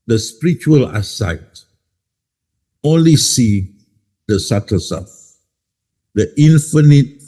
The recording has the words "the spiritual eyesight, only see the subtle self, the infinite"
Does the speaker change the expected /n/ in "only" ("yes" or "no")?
no